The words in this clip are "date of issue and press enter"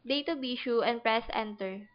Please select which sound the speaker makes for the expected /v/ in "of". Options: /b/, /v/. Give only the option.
/b/